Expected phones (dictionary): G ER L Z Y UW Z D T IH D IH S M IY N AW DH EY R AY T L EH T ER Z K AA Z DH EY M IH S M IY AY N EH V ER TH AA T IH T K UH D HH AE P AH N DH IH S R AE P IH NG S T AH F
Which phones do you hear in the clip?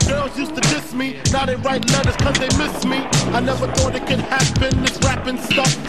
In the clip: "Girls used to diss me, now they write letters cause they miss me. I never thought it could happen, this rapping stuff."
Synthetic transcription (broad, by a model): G ER L Z Y UW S T IH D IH S M IY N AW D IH R AY T L EH T ER Z K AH Z DH EY M IH S M IY AY N EH V ER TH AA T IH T K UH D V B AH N DH IH S R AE P IH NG S T AH F